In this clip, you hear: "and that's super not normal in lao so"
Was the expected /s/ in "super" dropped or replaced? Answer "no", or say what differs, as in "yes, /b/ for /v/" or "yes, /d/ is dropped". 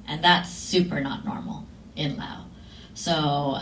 no